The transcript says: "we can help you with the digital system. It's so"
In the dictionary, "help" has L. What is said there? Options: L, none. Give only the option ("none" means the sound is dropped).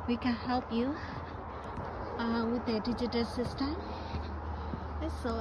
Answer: L